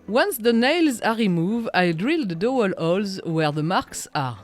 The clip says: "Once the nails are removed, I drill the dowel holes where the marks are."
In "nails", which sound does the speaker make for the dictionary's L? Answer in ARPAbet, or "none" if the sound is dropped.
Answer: L